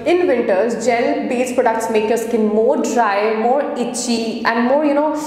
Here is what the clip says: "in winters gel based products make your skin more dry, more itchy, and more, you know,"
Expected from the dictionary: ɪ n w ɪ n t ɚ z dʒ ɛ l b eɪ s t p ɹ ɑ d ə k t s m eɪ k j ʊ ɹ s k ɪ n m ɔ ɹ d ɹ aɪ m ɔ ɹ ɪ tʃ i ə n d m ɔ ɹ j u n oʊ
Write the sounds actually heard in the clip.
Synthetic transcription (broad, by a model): ɪ n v ɪ n t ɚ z dʒ ɛ l b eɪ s p ɹ ɑ d ə k t s m eɪ k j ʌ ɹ s k ɪ n m ɔ ɹ d ɹ aɪ m ɔ ɹ ɪ tʃ i ə n d m ɔ ɹ j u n oʊ